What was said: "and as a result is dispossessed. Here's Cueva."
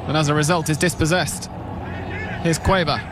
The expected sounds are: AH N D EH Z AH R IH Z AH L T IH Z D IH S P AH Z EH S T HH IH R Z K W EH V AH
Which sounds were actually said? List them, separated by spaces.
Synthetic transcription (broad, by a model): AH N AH Z AH R IH Z AH L T IH Z D IH S P AH Z EH S T HH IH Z K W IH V AH